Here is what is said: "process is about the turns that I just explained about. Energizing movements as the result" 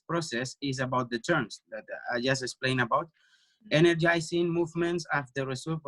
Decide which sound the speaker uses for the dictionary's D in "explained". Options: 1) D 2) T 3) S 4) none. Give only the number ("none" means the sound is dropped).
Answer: 4